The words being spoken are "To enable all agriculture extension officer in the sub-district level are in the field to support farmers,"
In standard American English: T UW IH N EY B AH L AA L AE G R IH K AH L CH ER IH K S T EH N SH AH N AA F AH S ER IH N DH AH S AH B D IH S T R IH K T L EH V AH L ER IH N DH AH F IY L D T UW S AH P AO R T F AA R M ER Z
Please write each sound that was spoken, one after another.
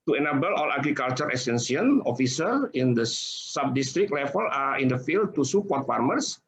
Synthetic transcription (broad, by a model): T UW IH N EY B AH L AA L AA G R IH K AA L CH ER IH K S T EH N S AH N AA F AH S ER IH N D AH S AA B D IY S T R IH K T L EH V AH L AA IH N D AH F IY L D T UW S AH P AO R T F AA R M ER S